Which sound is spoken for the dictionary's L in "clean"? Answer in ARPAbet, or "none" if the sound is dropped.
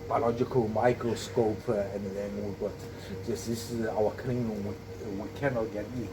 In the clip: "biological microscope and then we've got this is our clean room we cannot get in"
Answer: N